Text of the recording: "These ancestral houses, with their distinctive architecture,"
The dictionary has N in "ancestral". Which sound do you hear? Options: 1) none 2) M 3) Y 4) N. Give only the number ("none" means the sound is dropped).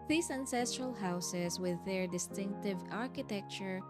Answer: 4